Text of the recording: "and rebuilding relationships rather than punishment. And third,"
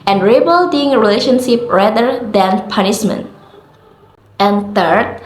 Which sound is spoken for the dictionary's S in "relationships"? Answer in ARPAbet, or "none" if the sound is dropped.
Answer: none